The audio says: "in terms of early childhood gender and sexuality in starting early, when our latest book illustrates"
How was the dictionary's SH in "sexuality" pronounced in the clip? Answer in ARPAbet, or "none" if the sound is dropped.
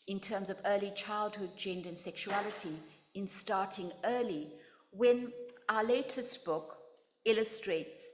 SH